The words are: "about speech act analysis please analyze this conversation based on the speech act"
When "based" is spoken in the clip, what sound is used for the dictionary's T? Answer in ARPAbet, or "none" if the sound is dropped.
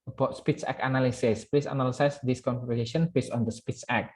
none